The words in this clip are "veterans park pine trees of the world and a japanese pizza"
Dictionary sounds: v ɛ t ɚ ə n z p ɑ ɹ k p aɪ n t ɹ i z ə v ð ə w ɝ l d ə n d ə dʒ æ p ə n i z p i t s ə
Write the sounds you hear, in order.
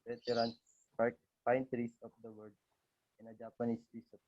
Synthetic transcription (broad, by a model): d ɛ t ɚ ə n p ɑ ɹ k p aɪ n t ɹ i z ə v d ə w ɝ d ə n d ə dʒ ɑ p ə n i s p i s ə